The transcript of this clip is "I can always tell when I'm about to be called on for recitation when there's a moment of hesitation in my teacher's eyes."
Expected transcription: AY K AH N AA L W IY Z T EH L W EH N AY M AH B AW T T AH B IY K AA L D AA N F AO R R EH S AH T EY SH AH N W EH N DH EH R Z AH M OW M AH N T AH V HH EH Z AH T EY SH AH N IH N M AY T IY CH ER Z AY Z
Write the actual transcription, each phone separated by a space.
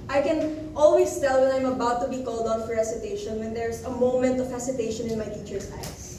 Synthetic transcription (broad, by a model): AY K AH N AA L W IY S T EH L W EH N AY M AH B AW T T AH B IY K AA L D AA N F AO R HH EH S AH T EY SH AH N W EH N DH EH R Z AH M OW M AH N T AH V HH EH S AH T EY SH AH N IH N M AY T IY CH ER S AY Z